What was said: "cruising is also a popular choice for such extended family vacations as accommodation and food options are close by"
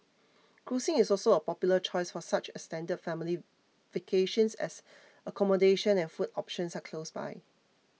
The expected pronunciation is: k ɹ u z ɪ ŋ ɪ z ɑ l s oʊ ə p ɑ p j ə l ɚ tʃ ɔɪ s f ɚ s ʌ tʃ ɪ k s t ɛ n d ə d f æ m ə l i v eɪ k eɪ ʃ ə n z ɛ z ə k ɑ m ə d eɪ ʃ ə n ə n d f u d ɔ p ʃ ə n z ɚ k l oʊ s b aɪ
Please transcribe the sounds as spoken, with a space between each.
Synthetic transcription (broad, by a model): k ɹ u s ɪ ŋ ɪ s ɑ l s oʊ ə p ɑ p j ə l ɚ tʃ ɔɪ s f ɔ s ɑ tʃ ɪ s t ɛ n d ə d f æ m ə l i v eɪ k eɪ ʃ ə n s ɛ s ə k ɑ m ə d eɪ ʃ ə n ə n f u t ɔ p ʃ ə n s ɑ k l oʊ s b aɪ